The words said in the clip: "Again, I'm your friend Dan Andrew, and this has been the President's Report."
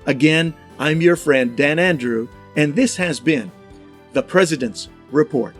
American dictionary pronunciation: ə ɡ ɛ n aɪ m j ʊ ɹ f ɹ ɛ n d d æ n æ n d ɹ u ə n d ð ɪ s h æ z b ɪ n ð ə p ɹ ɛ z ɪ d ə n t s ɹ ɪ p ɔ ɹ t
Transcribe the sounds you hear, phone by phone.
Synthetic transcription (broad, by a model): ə ɡ ɛ n aɪ m j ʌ ɹ f ɹ ɛ n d d æ n æ n d ɹ u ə n ð ɪ s h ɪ z b ɪ n ð ə p ɹ ɛ z ɪ d ə n t s ɹ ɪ p ɔ ɹ t